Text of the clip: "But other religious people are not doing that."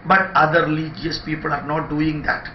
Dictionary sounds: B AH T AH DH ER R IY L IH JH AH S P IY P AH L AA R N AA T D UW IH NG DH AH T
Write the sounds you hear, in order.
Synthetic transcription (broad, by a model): B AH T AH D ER L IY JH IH AH S P IY P AH L AA R N AA T D UW IH NG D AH T